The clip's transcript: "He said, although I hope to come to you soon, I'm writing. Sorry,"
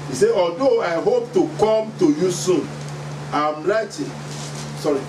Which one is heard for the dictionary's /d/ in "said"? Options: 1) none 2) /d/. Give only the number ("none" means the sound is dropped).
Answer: 1